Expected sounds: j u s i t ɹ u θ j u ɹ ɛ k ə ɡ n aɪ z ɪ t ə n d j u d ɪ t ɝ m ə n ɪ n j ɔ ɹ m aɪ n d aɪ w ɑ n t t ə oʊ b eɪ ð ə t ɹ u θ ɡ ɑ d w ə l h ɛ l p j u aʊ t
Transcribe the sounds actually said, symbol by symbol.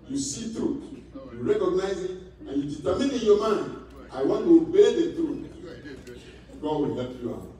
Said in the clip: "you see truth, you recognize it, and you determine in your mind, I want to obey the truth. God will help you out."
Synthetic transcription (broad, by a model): j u s i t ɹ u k j u ɹ ɛ k ə ɡ n aɪ z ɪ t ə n j u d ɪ t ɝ m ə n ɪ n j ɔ m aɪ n aɪ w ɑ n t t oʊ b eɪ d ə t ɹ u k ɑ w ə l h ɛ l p j u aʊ